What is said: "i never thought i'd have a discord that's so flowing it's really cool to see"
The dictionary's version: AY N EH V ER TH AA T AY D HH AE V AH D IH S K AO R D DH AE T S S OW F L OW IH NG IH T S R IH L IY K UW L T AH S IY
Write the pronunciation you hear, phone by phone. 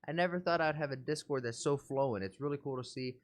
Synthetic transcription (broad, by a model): AY N EH V ER TH AA T AY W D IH V AH D IH S K AO R D DH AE T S S OW F L OW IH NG IH T S R IH L IY K UW L T AH S IY